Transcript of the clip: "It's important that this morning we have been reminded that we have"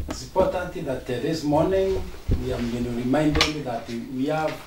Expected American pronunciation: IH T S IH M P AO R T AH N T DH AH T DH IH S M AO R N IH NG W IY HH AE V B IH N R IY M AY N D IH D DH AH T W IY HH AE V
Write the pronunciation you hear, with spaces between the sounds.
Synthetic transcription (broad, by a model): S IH P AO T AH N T DH AH T DH IH S M AO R N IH NG W IY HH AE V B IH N R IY M AY N D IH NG DH AH T W IY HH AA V